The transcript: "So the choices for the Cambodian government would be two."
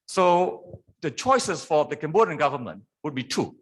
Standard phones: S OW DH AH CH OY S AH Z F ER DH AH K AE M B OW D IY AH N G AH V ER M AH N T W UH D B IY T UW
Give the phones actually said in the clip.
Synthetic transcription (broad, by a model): S OW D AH CH OY S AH S F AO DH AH K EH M B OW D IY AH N G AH V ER M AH N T W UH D B IY T UW